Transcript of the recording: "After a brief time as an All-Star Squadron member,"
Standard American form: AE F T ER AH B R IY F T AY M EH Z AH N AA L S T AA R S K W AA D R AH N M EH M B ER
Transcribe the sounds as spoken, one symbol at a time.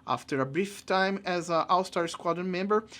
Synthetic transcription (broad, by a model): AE F T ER AH B R IY F T AY M EH Z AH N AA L S T AA R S K W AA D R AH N M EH M B ER